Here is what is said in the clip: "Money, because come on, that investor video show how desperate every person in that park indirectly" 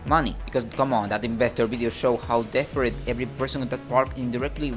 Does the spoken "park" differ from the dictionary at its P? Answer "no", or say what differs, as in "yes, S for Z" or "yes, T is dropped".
no